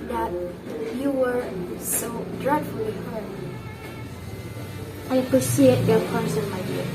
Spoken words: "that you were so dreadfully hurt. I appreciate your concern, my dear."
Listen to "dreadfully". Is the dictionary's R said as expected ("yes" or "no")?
yes